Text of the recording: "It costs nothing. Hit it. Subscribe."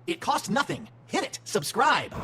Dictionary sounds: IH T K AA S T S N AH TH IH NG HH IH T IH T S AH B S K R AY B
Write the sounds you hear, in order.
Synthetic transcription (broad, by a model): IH T K AA S T N AH TH IH NG HH IH T IH T S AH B S K R AY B